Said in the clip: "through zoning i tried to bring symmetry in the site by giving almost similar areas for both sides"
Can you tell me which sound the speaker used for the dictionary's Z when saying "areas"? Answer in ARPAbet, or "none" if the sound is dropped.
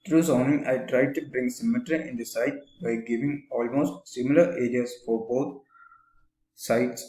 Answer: S